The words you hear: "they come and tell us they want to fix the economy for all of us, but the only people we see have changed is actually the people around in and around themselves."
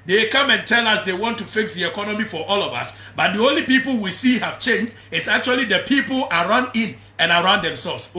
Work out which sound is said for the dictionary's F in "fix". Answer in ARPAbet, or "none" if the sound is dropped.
F